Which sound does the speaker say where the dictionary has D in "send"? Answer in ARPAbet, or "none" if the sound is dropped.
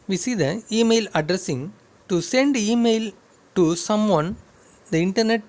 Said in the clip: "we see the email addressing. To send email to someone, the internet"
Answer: D